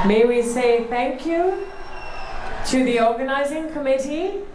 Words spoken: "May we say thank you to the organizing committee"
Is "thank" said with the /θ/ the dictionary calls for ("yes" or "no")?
yes